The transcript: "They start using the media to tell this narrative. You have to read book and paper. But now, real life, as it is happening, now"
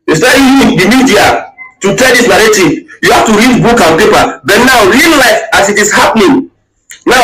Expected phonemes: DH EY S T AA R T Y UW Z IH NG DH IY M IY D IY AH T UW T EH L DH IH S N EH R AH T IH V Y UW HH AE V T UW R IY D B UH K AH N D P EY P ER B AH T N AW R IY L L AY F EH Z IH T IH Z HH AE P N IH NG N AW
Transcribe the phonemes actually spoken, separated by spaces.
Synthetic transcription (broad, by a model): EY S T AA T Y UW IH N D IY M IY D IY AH T UW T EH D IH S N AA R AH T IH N Y UW HH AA F T UW R IY D B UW K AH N P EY P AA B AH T N AW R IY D L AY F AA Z IH T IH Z HH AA P N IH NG N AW